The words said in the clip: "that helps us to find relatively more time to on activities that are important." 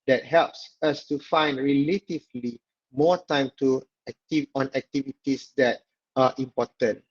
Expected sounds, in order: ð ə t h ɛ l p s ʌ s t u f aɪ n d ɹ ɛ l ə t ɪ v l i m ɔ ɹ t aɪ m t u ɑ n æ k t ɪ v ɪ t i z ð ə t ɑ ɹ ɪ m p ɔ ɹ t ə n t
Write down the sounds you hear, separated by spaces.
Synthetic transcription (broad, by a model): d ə t h ɛ l p s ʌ s t u f aɪ n d ɹ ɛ l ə t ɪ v l i m ɔ t aɪ m t u ɑ n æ k t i v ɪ t i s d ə t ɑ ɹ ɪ m p ɔ t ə n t